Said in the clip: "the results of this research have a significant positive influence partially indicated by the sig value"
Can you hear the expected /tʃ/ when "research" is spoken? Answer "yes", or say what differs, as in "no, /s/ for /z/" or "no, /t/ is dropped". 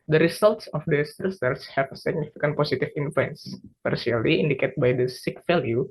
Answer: no, /s/ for /tʃ/